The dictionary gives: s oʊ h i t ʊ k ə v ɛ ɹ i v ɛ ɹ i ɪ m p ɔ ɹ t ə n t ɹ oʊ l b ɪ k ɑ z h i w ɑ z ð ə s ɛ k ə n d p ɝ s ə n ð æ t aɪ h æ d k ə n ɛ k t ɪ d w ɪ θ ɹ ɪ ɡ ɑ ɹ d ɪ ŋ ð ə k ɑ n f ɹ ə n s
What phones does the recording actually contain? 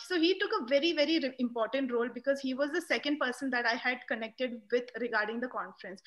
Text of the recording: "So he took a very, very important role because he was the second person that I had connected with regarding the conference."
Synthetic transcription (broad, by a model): s oʊ h i t ʊ k ə v ɛ ɹ i v ɛ ɹ i ɪ m p ɔ ɹ t ə n t ɹ oʊ l b ɪ k ɑ z h i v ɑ z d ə s ɛ k ə n d p ɝ s ə n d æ t aɪ h æ d k ə n ɛ k t ɪ d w ɪ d ɹ ɪ ɡ ɑ ɹ d ɪ ŋ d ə k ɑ n f ɹ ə n s